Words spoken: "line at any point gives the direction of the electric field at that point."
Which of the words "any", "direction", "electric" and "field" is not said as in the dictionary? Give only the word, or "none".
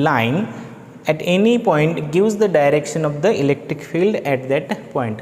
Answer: none